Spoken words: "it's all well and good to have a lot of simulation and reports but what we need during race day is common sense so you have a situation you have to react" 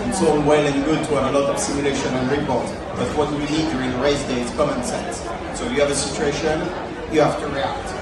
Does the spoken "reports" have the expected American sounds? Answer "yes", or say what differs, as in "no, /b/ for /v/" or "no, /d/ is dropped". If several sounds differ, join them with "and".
no, /s/ is dropped